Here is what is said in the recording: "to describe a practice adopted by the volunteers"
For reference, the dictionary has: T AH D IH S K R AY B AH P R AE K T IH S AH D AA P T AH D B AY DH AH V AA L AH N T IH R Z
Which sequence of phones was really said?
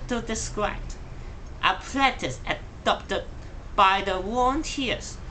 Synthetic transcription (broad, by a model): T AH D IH S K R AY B AH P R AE T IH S AH D AA P T AH D B AY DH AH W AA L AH N T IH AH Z